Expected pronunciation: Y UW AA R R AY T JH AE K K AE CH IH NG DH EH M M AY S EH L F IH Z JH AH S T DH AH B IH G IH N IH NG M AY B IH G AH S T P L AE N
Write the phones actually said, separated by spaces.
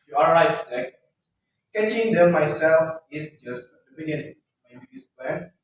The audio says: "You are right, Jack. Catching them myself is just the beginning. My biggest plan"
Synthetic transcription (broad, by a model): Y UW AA L R AY T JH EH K K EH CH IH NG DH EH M M AY S EH L F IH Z JH AH S T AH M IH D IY IH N M AY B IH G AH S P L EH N